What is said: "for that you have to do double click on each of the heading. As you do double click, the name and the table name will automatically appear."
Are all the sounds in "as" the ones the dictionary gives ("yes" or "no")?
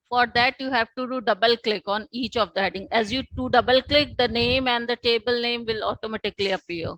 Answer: yes